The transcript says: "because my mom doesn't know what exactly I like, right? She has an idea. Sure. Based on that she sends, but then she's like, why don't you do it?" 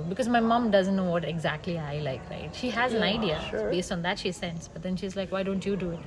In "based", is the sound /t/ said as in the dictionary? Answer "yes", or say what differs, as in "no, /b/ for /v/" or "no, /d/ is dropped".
yes